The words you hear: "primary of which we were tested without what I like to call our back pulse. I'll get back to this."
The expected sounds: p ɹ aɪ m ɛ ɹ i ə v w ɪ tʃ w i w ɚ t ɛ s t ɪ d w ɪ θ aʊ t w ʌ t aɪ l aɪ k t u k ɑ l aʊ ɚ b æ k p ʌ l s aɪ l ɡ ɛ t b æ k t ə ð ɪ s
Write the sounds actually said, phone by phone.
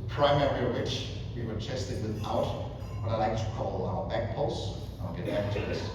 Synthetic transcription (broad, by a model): p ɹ aɪ m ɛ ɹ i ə w ɪ tʃ w i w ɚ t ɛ s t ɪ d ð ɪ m aʊ t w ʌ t aɪ l aɪ k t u k ɑ l aʊ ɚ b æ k p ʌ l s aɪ n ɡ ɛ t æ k t ə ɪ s